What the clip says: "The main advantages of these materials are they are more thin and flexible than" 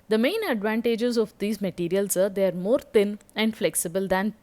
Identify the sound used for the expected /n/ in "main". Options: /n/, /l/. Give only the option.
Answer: /n/